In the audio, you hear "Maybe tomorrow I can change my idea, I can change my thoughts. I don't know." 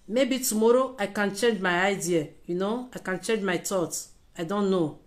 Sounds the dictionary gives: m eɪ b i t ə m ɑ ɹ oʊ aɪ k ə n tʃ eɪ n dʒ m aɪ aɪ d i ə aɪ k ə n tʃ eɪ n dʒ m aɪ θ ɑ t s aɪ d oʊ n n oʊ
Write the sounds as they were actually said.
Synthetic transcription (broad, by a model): m eɪ b i t ə m ɑ ɹ oʊ aɪ k ə n tʃ eɪ n dʒ m aɪ aɪ d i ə aɪ k ə n tʃ eɪ n dʒ m aɪ t ɑ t aɪ d oʊ n n oʊ